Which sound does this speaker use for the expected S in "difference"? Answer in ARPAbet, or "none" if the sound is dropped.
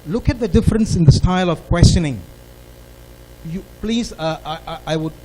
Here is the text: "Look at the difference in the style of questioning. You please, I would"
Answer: S